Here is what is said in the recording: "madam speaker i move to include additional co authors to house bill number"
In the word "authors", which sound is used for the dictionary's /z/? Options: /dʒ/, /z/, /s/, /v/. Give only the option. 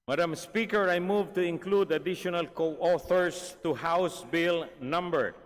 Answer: /s/